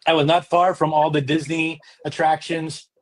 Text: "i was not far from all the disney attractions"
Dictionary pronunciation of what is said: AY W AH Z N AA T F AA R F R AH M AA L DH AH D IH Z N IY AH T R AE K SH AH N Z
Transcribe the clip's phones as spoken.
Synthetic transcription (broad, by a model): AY W AH Z N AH T F AA R F R AH M AA L DH AH D IH Z N IY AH T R AE K SH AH N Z